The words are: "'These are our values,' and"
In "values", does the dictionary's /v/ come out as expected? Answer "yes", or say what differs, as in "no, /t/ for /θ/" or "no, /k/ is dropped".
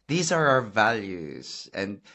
yes